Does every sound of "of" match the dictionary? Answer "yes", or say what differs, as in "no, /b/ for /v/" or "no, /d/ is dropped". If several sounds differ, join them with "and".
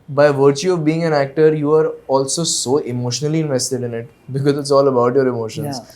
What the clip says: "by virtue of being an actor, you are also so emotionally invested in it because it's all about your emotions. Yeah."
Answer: yes